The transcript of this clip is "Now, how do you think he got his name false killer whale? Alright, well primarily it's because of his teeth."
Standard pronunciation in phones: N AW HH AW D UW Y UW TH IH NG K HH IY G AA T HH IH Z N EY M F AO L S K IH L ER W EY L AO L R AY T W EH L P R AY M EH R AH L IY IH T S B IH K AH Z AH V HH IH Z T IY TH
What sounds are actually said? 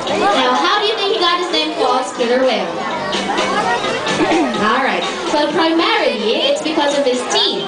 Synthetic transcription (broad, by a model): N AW HH AW D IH Y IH TH IH NG K HH IY G AA T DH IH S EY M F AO S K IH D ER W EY AO L R AY T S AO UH P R AY M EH R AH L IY IH T S B IH K AH Z AH V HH IH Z T IY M